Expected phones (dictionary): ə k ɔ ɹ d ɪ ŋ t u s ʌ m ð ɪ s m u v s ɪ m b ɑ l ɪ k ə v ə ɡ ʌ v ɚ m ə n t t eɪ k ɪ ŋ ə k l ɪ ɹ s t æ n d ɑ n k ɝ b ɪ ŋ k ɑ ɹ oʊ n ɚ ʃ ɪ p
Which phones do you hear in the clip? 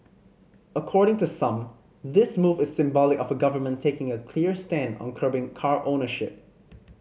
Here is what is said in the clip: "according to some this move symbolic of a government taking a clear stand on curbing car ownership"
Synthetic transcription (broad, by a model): ə k ɔ ɹ d ɪ ŋ t u s ʌ m ð ɪ s m u v s ɪ m b ɑ l ɪ k ə v ə ɡ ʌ v ɚ m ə n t t eɪ k ɪ ŋ ə k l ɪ ɹ s t æ n d ɑ n k ɝ b ɪ ŋ k ɑ ɹ oʊ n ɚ ʃ ɪ p